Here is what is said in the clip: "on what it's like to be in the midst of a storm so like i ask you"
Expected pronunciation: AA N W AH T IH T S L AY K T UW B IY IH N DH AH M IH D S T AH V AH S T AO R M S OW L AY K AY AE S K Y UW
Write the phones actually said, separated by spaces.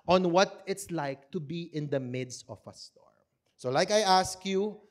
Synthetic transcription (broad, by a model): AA N W AH T IH T S L AY K T UW B IY IH N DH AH M IH D S T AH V AH S T AO R M S OW L AY K AY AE S K Y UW